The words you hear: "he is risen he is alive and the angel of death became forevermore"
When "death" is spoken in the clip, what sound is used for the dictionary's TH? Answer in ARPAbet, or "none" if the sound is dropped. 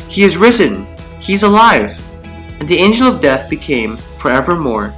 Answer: TH